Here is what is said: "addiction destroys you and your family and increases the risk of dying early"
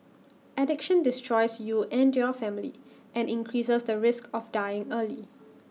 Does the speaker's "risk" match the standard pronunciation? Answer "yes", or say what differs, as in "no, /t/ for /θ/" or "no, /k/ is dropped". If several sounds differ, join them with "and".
yes